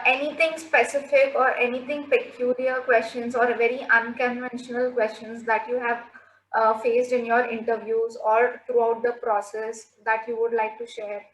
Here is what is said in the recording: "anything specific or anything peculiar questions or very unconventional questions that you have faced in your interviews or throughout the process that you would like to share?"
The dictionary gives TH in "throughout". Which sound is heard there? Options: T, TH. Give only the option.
T